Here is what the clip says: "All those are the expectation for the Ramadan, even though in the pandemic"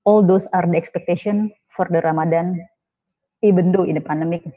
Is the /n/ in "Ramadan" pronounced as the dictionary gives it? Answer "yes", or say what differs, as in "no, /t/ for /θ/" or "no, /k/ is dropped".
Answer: yes